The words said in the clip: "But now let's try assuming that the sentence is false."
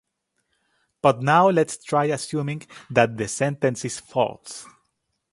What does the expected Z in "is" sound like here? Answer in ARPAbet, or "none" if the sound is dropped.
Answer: S